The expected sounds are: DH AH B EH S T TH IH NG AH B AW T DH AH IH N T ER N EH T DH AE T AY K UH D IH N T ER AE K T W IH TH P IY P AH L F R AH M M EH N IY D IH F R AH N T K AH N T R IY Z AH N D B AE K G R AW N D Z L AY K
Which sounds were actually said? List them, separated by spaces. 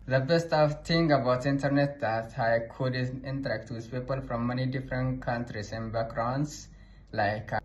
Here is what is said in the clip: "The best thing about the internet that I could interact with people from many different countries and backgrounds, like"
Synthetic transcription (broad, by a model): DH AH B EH S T F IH NG AH B AW T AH IH N T ER N EH T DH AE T AY K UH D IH N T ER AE K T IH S P IY P AH L F R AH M M EH N IY D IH F R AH N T K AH N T R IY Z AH N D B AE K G R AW N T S L AY K